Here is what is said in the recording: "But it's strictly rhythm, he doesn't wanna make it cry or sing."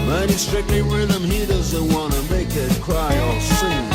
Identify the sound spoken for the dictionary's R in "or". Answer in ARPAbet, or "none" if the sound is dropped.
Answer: L